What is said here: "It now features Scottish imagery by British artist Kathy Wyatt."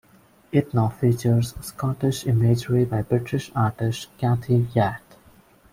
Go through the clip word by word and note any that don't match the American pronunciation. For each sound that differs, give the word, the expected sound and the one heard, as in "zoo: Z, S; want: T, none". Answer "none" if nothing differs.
kathy: TH, T